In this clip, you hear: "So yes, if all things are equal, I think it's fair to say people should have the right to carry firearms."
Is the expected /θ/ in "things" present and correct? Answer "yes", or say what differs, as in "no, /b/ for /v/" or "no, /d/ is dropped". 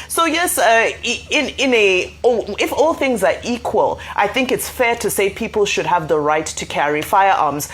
yes